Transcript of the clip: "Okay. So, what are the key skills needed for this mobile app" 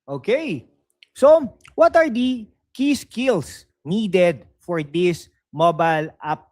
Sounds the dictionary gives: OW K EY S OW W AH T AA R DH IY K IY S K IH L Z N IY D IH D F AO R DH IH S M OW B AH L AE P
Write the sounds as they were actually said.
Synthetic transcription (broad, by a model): OW K EY S OW W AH T AA R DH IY K IY S K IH L S N IY D IH D F AO R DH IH S M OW B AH L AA P